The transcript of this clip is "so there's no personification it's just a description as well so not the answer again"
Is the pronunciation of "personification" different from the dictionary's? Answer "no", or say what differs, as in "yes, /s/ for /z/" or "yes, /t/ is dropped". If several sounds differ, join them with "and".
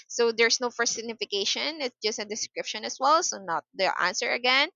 yes, /f/ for /p/